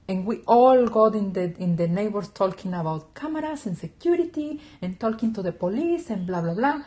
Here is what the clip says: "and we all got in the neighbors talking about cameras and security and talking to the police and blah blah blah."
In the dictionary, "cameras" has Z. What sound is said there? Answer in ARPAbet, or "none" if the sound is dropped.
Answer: S